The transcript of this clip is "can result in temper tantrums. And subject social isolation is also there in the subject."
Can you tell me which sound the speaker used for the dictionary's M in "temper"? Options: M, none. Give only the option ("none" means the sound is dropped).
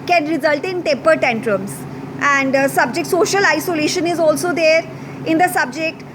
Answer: none